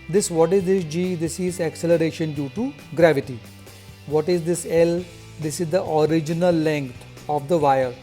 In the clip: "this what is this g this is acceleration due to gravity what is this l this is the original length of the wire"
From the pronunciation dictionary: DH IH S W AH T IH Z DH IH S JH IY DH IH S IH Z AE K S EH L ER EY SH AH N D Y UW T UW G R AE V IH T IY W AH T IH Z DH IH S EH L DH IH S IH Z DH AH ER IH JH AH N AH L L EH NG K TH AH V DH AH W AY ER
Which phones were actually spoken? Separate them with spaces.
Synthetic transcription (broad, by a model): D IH S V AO T IH Z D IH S JH IY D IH S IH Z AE K S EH L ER EY SH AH N D Y UW T UW G R AE V IH T IY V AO T IH Z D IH S EH L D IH S IH Z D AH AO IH JH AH N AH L L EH NG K T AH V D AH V AY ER